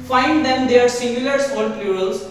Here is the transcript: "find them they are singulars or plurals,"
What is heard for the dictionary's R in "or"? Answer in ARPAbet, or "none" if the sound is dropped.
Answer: L